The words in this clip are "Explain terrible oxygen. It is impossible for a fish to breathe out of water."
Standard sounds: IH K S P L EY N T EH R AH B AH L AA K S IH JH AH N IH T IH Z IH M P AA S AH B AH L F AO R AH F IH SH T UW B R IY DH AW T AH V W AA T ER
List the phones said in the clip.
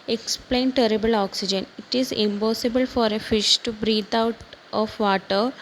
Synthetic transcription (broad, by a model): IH K S P L EY N T EH R AH B AH L AA K S IH JH AH N IH T IH Z IH M P AA S AH B AH L F AO R AH F IH SH T UW B R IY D AW T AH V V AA T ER